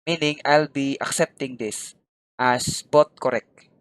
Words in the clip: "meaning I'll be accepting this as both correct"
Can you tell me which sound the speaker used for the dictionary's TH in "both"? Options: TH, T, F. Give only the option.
T